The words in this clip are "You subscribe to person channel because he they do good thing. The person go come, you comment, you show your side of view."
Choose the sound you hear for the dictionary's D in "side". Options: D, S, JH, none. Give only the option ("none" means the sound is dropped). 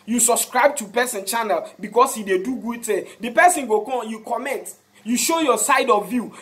D